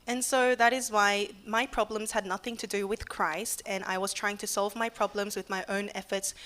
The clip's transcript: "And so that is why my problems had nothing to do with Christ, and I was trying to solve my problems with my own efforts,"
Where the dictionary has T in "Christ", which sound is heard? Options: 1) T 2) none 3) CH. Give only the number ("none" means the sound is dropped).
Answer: 1